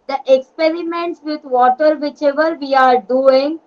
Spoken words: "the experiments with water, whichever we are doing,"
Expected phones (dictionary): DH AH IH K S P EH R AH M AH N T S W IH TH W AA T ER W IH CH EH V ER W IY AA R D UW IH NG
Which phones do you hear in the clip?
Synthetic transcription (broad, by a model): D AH IH K S P EH R AH M AH N T S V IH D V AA T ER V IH CH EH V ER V IY AA R D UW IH NG